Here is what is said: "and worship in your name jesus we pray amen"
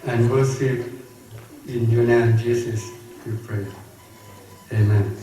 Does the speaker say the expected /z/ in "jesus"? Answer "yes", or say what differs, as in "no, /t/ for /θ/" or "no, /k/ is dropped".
no, /s/ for /z/